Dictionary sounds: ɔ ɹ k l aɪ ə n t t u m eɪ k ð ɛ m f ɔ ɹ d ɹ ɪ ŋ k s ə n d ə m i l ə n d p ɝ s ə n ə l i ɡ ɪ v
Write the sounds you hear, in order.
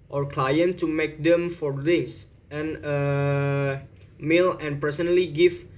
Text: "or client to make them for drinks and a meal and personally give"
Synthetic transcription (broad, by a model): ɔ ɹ k l aɪ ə n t t u m eɪ k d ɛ m f ɔ ɹ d ɪ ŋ s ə n ə m i l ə n p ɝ s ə n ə l i ɡ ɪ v